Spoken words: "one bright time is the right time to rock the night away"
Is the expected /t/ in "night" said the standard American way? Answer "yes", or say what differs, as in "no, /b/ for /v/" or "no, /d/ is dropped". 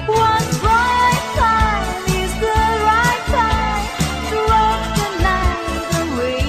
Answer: no, /t/ is dropped